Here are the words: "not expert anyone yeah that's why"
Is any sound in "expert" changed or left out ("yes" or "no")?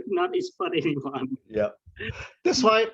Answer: yes